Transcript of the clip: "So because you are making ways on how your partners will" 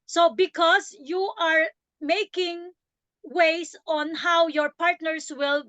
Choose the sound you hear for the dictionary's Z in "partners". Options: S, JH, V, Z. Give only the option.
S